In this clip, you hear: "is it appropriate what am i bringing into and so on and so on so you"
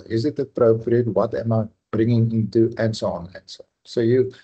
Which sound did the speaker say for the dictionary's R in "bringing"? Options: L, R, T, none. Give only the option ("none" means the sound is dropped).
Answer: R